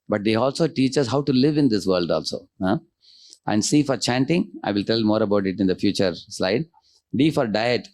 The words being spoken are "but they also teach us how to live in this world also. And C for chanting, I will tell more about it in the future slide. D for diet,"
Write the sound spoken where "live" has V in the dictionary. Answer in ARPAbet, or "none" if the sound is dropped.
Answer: V